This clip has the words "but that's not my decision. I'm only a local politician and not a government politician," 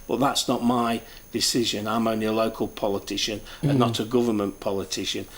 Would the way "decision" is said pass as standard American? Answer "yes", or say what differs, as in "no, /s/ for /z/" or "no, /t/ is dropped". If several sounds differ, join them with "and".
yes